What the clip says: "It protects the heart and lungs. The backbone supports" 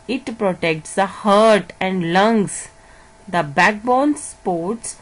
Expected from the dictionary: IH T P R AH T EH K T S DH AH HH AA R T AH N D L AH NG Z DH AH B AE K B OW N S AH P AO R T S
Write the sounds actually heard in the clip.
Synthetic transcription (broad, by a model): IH T P R AH T EH K T S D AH HH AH R T AH N D L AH NG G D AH B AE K B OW N S P AO R T S